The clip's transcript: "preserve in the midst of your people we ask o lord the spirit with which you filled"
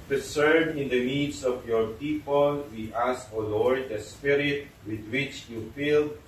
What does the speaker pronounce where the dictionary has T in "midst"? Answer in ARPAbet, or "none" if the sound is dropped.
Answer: none